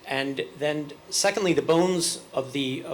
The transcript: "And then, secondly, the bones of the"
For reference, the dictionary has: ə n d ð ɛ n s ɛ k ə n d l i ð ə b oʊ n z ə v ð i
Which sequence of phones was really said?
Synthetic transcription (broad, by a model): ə n ð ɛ n s ɛ k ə n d l i ð ə b oʊ n z ə v ð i